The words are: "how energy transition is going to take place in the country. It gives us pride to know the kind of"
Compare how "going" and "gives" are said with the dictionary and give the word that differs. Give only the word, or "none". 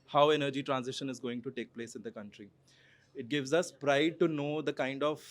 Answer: none